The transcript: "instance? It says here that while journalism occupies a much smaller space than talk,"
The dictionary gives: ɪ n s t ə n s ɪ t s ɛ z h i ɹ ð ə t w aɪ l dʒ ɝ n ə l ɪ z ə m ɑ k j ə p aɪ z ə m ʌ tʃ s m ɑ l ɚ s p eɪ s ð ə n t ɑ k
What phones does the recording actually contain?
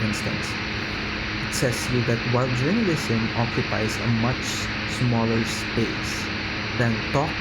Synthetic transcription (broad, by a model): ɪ n s t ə n s ɪ t s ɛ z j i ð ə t w aɪ l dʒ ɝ ə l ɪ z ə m ɑ k j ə p aɪ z ə m ʌ tʃ s m ɑ l ɚ s p eɪ s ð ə n t ɑ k